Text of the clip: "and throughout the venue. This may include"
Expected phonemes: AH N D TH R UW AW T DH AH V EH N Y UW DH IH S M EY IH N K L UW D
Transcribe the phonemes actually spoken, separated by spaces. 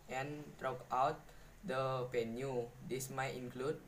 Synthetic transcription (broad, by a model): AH N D R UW AW T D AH P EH N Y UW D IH S M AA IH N K L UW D